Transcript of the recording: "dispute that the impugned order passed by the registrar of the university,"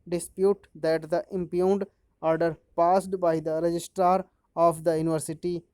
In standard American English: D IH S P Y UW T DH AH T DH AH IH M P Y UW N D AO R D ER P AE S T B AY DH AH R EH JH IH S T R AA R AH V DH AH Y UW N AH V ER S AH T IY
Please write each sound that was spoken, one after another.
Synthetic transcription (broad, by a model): D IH S P Y UW T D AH T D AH IH M P Y UW N D AO R D ER P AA S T B AY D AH R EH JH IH S T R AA R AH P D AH Y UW N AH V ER S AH T IY